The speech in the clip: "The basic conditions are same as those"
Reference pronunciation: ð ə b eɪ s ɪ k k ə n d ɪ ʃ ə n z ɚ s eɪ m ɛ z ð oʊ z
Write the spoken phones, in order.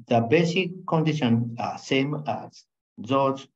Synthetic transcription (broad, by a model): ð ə b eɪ s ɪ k k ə n d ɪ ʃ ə n ɚ s eɪ m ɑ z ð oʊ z